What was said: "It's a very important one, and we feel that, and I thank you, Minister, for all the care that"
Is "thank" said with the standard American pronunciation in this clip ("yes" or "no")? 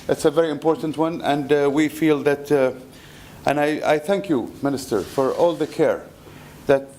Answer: yes